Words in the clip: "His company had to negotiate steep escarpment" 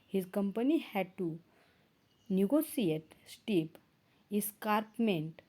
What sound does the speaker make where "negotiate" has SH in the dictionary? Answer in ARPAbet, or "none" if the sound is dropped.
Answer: S